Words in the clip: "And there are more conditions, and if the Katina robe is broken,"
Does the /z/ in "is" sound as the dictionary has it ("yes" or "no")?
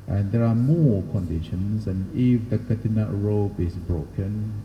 no